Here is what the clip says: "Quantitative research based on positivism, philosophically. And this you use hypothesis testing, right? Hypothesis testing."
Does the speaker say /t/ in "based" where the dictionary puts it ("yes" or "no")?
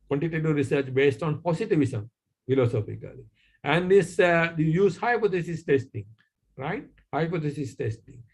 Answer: yes